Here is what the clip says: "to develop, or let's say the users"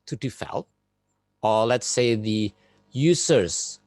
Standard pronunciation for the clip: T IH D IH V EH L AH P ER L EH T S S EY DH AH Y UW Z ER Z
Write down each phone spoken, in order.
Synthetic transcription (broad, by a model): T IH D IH F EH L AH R L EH T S S EY DH AH Y UW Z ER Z